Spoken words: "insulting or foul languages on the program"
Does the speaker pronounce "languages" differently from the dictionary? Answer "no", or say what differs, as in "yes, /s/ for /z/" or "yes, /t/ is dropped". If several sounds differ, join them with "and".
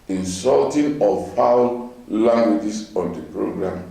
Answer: yes, /s/ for /z/